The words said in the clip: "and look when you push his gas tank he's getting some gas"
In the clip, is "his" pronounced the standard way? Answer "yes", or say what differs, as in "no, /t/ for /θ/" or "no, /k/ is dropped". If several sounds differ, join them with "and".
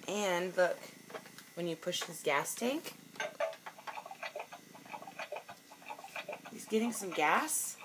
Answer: no, /s/ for /z/